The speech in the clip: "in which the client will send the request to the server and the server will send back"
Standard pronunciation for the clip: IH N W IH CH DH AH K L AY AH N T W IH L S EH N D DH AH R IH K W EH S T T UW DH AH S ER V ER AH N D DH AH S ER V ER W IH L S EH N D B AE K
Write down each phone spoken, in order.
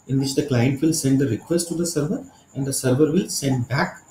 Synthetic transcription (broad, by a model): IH N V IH CH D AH K L AY AH N T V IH L S EH N D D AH R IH K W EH S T T UW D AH S ER V ER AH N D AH S ER V ER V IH L S EH N D B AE K